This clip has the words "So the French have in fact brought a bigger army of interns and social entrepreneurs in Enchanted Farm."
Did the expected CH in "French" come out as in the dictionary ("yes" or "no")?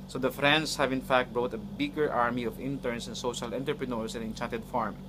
no